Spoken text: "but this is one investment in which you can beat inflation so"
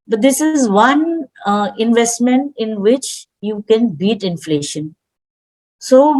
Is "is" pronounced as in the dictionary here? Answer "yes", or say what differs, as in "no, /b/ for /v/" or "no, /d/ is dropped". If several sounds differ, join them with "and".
yes